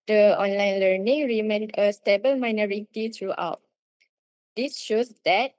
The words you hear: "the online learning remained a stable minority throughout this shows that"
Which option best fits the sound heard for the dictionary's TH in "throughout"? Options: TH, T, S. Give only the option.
T